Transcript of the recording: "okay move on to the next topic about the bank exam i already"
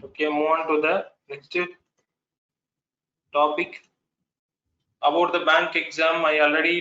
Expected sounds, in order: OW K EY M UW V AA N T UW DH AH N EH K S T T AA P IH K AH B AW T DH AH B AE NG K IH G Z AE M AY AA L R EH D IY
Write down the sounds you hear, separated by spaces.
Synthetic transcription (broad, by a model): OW K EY M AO AA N T UW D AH N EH K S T T AA P IH K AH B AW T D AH B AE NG K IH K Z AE M AY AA L R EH D IY